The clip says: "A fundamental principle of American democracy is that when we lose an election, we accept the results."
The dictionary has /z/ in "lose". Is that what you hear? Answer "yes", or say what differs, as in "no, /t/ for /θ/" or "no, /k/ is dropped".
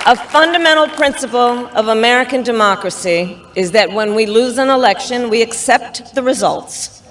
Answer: yes